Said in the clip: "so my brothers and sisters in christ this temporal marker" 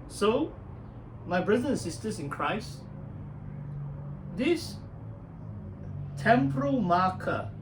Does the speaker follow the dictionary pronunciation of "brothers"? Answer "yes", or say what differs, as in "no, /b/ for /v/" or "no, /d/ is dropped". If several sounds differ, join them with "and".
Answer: no, /z/ is dropped